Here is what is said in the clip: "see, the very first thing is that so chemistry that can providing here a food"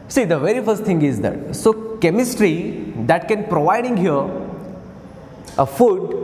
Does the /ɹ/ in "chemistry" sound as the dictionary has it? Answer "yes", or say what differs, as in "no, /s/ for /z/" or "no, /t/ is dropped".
yes